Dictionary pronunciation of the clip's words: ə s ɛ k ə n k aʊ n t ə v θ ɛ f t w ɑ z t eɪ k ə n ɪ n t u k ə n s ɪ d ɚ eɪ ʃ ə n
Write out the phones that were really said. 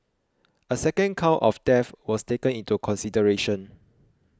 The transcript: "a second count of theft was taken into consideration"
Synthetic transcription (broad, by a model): ə s ɛ k ə n k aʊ t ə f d ɛ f w ɑ s t eɪ k ə n ɪ n t u k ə n s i d ɚ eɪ ʃ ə n